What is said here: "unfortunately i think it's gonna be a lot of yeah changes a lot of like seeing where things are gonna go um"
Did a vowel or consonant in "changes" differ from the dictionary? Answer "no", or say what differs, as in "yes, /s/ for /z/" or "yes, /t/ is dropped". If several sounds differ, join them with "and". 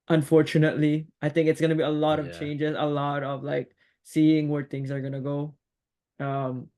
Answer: no